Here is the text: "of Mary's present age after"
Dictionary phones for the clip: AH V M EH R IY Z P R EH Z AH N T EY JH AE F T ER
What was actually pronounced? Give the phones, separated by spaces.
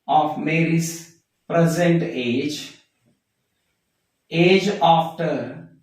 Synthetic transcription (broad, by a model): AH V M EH R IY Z P R EH Z AH N T EY JH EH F T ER